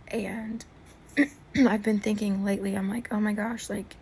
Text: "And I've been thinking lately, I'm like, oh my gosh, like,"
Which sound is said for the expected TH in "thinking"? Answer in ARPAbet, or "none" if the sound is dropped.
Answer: TH